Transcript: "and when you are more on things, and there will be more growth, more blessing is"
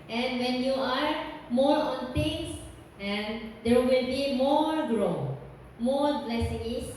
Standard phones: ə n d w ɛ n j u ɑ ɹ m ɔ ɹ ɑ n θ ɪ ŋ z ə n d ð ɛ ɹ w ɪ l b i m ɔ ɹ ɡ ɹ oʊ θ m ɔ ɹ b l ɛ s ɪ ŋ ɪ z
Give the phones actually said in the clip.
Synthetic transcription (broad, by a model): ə n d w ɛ n j u ɑ ɹ m ɔ ɹ ɑ n t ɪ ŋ s ə n d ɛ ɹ w ɪ l b i m ɔ ɹ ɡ ɹ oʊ m ɔ ɹ b l ɛ s ɪ ŋ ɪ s